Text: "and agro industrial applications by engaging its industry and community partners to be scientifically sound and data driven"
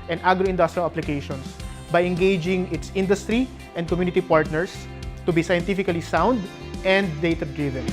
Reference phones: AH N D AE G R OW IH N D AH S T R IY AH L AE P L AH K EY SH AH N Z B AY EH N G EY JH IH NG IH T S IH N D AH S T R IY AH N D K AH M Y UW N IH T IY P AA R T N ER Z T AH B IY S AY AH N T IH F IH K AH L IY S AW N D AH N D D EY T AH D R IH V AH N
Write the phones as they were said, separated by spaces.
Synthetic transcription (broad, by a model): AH N D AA G R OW IH N D AH S T R IY AH L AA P L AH K EY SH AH N S B AY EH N G EY JH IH NG IH T S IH N D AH S T R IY AH N D K AH M Y UW N IH T IY P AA R T N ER S T AH B IY S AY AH N T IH F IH K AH L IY S AW N D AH N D D EY T AH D R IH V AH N